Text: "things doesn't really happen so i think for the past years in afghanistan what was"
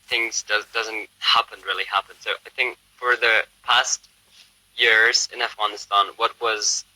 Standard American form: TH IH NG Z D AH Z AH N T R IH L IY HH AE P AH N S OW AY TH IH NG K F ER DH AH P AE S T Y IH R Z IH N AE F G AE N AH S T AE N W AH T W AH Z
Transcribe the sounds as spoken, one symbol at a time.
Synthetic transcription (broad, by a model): TH IH NG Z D AH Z AH N T R IH L IY HH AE P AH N S OW AY TH IH NG K F ER DH AH P AE S T Y IH R Z IH N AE F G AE N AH S T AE N W AH T W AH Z